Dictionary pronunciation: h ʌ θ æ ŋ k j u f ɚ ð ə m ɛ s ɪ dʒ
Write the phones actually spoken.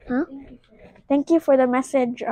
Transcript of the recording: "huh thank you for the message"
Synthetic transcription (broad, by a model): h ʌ t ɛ ŋ k j u f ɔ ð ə m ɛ s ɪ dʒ